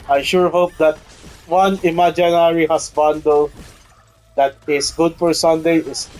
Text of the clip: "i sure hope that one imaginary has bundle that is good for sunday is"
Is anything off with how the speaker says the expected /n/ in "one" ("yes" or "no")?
no